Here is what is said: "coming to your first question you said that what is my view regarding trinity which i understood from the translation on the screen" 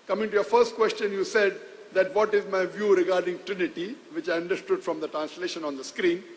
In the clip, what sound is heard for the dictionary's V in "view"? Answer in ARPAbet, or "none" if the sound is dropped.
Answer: V